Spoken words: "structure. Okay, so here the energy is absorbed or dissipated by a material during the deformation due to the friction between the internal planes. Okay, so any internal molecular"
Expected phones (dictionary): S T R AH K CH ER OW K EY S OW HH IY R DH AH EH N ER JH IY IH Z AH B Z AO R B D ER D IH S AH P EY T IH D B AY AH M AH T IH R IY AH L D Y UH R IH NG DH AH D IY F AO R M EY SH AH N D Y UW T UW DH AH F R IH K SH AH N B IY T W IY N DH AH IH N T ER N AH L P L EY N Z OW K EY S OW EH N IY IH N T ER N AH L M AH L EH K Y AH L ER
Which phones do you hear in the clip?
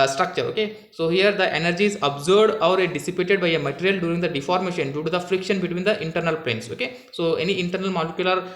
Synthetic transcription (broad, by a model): S T R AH K CH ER OW K EY S OW HH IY R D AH EH N ER JH IY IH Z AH B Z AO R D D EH D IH S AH P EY T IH D B AY AH M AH T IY R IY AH L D Y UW R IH NG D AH D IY F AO R M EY SH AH N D Y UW T UW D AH F R IH K SH AH N B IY T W IY N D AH IH N T ER N AH L P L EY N S OW K EY S OW EH N IY IH N T ER N AH L M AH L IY K Y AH L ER